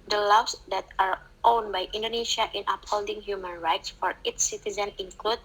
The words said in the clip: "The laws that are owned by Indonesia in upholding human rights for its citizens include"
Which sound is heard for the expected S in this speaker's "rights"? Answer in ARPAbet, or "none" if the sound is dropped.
S